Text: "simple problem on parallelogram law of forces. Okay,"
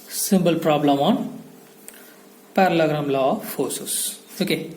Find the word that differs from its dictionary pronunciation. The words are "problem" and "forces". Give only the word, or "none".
forces